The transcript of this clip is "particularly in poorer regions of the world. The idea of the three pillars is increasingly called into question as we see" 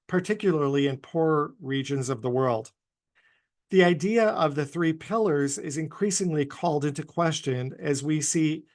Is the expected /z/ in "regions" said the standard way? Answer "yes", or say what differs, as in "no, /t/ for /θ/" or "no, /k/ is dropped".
yes